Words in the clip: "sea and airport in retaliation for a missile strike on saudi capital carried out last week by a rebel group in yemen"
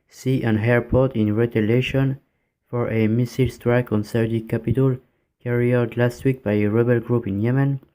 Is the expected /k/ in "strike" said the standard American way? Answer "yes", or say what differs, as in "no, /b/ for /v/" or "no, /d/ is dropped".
yes